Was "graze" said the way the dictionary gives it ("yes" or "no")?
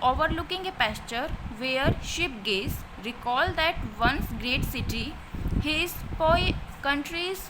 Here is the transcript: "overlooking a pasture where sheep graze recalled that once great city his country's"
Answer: no